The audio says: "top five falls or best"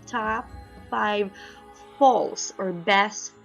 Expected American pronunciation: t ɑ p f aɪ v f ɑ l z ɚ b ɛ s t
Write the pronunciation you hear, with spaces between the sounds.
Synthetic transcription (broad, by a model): t ɑ p f aɪ v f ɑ l s ɚ b ɛ s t